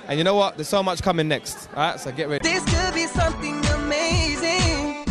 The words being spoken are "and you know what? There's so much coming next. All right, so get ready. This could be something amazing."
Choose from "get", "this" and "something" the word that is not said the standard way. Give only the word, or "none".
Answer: none